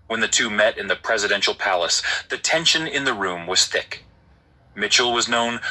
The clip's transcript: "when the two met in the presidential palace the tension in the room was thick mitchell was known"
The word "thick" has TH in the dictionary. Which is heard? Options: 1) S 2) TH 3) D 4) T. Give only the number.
2